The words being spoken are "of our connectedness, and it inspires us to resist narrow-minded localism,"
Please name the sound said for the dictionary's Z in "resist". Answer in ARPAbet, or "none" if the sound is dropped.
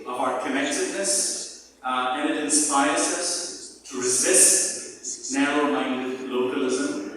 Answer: Z